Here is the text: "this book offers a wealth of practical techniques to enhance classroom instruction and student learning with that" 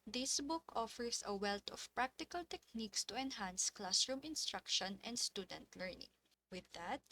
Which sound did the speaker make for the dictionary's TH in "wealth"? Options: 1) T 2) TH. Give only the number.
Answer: 1